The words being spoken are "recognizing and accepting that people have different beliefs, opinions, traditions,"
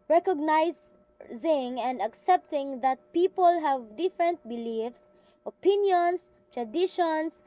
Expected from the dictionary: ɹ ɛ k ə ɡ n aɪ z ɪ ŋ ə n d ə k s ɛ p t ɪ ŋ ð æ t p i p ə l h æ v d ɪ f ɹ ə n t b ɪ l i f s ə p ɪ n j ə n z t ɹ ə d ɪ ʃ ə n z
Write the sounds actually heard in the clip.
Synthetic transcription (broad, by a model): ɹ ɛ k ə ɡ n aɪ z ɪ ŋ ə n d ə k s ɛ p t ɪ ŋ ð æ t p i p ə l h æ v d ɪ f ɹ ə n t b ɪ l i f s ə p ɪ n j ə n s t ɹ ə d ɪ ʃ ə n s